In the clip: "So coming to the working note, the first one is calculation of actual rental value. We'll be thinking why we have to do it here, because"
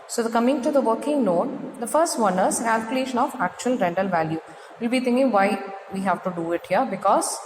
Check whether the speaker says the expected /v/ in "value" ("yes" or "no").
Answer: yes